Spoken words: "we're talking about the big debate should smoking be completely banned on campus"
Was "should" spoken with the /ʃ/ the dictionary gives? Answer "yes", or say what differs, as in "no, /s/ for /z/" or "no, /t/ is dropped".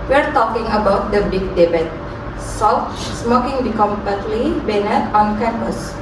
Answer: no, /s/ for /ʃ/